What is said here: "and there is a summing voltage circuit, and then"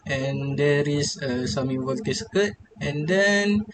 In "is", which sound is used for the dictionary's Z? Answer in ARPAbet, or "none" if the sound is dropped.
S